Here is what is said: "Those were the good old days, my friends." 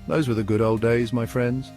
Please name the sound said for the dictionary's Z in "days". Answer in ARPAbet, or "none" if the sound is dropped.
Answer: Z